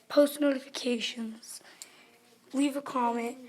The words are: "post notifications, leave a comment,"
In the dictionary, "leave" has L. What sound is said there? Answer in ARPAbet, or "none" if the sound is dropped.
W